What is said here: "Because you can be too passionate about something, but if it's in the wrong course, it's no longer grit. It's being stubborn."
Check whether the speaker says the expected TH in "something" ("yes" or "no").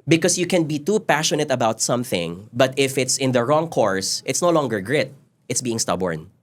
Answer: yes